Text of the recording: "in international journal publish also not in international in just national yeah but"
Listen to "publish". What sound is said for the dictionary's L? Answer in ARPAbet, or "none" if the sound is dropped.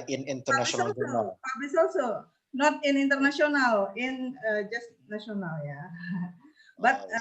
none